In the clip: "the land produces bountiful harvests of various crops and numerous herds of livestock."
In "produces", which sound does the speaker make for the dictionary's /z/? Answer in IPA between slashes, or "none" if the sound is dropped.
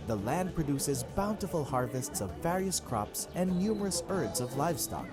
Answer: /z/